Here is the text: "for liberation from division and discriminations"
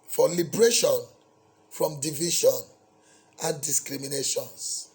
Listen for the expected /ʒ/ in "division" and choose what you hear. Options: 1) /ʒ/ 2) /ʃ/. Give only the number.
2